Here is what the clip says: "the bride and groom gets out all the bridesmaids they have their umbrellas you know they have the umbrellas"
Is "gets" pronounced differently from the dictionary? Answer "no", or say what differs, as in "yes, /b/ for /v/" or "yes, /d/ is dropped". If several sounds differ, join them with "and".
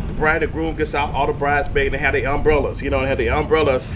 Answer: no